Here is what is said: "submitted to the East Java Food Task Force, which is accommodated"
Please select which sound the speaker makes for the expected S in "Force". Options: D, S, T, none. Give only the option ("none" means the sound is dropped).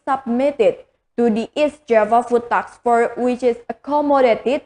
none